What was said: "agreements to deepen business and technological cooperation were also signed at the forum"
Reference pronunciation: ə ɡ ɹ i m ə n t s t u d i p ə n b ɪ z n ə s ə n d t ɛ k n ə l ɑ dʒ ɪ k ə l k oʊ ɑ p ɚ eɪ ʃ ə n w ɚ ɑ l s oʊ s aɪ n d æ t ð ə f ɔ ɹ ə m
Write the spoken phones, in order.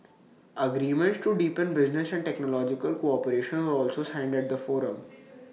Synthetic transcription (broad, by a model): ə ɡ ɹ i m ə n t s t u d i p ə n b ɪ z n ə s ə n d t ɛ k n ə l ɑ dʒ ɪ k ə l k oʊ ɑ p ɚ eɪ ʃ ə n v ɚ ɑ l s oʊ s aɪ n d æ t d ə f ɔ ɹ ə m